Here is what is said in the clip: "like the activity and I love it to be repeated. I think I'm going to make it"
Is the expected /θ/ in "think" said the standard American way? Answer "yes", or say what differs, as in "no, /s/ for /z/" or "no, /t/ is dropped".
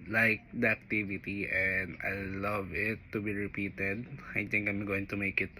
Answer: no, /t/ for /θ/